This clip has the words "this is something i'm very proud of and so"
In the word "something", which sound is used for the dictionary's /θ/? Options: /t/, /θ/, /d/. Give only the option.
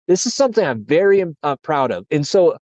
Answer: /θ/